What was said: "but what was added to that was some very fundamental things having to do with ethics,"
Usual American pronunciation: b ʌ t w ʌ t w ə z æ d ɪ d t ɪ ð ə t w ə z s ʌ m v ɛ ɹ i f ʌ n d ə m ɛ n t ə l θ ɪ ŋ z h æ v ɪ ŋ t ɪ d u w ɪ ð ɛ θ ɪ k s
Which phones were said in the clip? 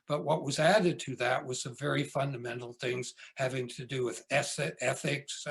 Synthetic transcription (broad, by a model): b ʌ t w ʌ t w ə z æ d ɪ d t ɪ ð ə t w ə z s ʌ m v ɛ ɹ i f ʌ n d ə m ɛ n t l θ ɪ ŋ z h æ v ɪ ŋ t ɪ d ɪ w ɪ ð ɛ θ ɪ k s